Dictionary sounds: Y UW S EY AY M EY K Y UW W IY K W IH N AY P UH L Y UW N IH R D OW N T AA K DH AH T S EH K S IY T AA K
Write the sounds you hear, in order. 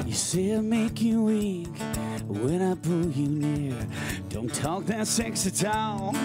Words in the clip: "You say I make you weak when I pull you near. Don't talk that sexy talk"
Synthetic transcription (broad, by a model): Y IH S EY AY M EY K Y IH W IY K W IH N AY B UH Y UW N IH R D OW N T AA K DH AH T S EH K S IY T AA